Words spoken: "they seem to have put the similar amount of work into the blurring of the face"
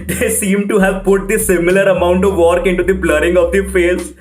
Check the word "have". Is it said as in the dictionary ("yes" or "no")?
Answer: yes